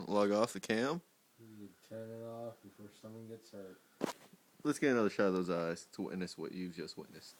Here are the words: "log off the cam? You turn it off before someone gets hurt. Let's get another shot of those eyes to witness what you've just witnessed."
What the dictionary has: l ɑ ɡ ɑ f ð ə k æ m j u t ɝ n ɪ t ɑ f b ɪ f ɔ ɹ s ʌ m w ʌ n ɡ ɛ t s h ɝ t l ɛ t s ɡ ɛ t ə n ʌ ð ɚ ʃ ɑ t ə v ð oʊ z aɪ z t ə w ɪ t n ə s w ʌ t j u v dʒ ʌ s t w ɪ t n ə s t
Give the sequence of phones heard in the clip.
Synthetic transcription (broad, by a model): l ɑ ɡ ɑ f ð ə k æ m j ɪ t ɝ n ɪ t ɑ f b ɪ f ɔ ɹ s ʌ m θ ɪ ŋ ɡ ɛ t s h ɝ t l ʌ t s ɡ ɛ t ə n ʌ ð ɚ ʃ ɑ ə ð oʊ z aɪ z t ə w ɪ t n ə s w ʌ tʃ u v dʒ ʌ s t w ɪ t n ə s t